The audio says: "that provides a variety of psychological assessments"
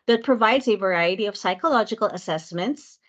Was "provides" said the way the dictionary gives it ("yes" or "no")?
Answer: yes